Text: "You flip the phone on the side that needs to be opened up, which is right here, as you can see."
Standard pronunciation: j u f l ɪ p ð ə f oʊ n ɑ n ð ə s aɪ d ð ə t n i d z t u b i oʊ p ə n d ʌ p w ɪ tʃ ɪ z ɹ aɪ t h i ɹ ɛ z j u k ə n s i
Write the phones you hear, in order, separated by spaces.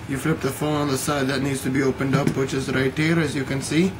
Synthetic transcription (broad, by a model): j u f l ɪ p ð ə f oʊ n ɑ n ð ə s aɪ d ð ə t n i d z t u b i oʊ p ə n d ʌ p w ɪ tʃ ɪ z ɹ aɪ t h i ɹ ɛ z j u k ə n s i